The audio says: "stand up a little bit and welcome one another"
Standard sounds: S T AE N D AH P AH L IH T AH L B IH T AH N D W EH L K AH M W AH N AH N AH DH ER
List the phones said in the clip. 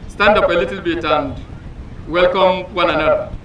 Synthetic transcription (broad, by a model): S T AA N D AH P AH L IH T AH L B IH T AH N D W EH L K AH M W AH N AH N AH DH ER